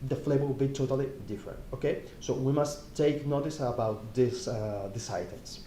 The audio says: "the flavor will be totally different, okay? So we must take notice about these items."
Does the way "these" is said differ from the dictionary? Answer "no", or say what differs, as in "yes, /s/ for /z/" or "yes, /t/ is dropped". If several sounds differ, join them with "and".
yes, /s/ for /z/